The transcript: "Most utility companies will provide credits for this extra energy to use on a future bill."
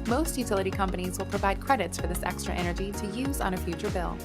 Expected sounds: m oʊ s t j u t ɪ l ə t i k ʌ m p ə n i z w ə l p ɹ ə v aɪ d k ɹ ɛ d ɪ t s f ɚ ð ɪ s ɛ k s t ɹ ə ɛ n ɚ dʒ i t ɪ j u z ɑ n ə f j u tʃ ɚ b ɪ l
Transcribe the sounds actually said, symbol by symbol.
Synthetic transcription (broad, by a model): m oʊ s t j u t ɪ l ə t i k ʌ m p ə n i z w ə l p ɹ ə v aɪ d k ɹ ɛ d ɪ t s f ɚ ð ɪ s ɛ k s t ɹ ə ɛ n ɚ dʒ i t ɪ j u z n ə f j u tʃ ɚ b ɪ l